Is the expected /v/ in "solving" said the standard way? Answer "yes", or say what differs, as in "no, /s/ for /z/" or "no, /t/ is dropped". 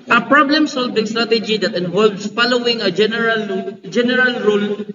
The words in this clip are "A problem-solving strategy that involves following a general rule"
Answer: no, /w/ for /v/